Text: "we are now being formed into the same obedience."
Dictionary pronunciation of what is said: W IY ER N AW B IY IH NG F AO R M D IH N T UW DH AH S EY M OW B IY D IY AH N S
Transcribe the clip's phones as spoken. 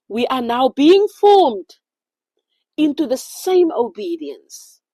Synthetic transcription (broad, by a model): W IY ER N AW B IY IH NG F AO M D IH N T UW DH AH S EY M OW B IY D IY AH N S